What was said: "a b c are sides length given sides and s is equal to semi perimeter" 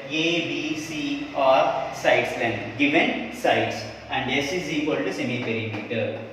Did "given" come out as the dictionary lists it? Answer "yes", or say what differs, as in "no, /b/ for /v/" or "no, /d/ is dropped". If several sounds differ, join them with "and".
yes